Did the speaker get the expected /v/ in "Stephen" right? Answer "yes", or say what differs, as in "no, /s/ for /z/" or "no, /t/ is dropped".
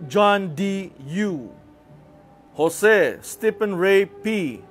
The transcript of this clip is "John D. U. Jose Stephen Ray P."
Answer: no, /p/ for /v/